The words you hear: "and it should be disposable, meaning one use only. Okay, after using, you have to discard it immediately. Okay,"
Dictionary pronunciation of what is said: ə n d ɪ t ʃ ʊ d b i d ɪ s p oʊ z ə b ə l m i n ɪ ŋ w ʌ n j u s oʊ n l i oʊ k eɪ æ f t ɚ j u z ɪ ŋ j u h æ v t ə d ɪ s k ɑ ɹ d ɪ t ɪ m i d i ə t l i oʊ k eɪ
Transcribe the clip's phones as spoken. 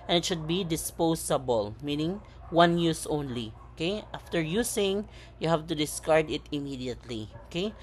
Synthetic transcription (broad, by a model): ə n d ɪ t ʃ ʊ d b i d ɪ s p oʊ s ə b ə l m i n ɪ ŋ w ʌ n j u s oʊ n l i oʊ k eɪ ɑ f t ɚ j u s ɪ ŋ j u h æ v t ə d ɪ s k ɑ ɹ d ɪ t ɪ m i d i ə t l i oʊ k eɪ